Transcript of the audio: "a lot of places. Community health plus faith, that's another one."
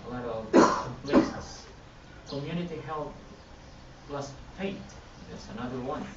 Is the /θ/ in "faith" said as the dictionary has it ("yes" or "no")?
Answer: no